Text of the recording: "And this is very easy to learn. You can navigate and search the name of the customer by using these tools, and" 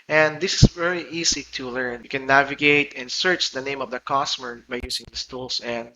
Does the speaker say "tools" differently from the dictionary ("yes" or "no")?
yes